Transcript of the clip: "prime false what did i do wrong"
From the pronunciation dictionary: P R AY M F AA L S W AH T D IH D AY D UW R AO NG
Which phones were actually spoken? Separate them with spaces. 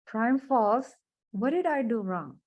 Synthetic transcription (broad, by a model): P R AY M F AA S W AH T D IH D AY D UW R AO NG